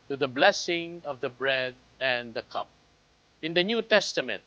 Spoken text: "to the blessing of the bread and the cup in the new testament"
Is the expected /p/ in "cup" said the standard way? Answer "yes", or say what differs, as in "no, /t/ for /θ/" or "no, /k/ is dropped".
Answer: yes